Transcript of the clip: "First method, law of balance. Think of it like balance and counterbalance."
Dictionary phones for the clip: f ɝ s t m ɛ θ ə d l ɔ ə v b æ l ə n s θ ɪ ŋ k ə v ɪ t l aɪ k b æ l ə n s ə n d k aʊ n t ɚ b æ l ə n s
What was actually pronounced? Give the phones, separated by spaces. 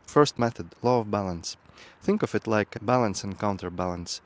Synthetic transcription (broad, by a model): f ɝ s t m ɛ θ ə d l ɔ ə v b æ l ə n s θ ɪ ŋ k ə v ɪ t l aɪ k b æ l ə n s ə n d k aʊ n t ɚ b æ l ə n s